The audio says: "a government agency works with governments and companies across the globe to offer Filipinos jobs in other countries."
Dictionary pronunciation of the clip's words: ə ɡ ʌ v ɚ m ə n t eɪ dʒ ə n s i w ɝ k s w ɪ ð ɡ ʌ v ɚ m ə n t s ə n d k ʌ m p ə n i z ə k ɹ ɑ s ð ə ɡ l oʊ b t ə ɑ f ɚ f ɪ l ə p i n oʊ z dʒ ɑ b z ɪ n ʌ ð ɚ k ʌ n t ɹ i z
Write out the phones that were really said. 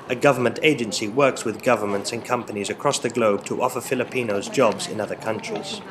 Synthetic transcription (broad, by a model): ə ɡ ʌ v ɚ m ə n t eɪ dʒ ə n s i w ɝ k s w ɪ ð ɡ ʌ v ɚ m ə n t s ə n k ʌ m p ə n i z ə k ɹ ɑ s ð ə ɡ l oʊ b t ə ɑ f ɚ f ɪ l ə p i n oʊ z dʒ ɑ b z ɪ n ʌ ð ɚ k ʌ n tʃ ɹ i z